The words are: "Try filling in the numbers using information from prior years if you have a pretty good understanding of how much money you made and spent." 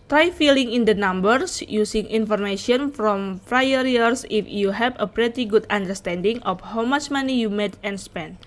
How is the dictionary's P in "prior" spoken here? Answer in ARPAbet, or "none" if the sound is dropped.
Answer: F